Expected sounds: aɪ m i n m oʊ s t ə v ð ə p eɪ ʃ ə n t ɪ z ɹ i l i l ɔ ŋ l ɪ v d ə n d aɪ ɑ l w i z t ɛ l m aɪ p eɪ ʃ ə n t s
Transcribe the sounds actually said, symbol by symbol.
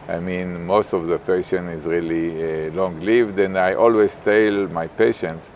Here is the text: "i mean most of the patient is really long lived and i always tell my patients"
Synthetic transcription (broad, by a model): aɪ m i n m oʊ s t ə v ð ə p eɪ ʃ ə n ɪ z ɹ i l i l ɔ ŋ l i v d ə n d aɪ ɑ l w i z t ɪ l m aɪ p eɪ ʃ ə n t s